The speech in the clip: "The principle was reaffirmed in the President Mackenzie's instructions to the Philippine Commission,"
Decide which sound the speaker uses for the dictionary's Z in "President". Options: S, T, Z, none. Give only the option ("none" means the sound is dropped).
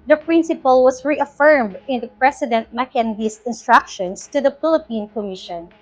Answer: S